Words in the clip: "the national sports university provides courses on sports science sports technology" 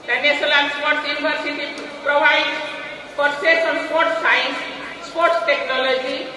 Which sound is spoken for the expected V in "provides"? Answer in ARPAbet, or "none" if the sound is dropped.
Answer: B